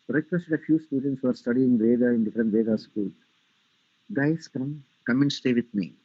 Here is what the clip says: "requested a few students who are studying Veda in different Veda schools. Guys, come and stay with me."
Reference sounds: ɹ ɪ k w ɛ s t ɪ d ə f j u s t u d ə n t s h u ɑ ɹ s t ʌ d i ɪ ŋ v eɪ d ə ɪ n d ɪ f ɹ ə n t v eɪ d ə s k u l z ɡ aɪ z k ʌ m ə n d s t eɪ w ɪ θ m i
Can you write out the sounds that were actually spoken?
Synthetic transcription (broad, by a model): ɹ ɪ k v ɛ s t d ə f j u s t u d ə n t s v ɑ ɹ s t ʌ d i ɪ ŋ v eɪ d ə ɪ n d ɪ f ɹ ə n t v eɪ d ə s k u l ɡ aɪ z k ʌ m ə n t s t eɪ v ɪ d m i